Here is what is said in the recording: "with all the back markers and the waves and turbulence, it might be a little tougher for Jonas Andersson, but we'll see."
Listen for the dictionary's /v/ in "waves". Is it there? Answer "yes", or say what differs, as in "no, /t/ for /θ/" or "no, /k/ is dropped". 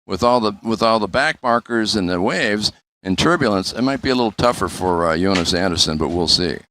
yes